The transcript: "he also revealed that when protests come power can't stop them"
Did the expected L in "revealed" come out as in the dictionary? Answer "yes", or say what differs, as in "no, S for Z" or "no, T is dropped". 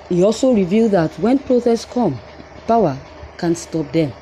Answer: yes